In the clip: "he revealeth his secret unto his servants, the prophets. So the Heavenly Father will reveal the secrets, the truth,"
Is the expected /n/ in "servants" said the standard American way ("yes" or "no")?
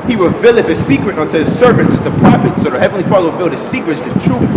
yes